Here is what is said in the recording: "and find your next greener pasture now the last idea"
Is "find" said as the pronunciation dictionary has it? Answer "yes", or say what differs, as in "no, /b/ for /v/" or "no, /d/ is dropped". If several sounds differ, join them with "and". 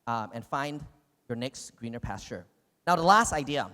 yes